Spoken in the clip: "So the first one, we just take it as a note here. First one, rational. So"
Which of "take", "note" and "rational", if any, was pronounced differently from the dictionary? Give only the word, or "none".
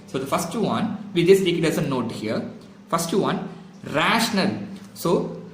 none